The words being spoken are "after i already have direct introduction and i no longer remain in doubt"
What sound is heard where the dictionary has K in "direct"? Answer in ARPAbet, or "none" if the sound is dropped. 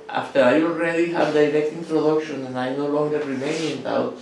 K